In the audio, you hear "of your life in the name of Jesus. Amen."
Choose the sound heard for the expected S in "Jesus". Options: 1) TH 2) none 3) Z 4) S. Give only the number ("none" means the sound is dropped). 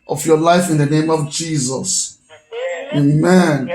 4